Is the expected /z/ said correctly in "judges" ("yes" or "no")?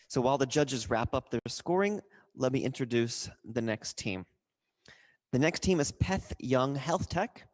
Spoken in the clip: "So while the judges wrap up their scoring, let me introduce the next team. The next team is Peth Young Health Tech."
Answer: yes